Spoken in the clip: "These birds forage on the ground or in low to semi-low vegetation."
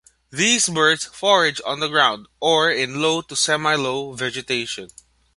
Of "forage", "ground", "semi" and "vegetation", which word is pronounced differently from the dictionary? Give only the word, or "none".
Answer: none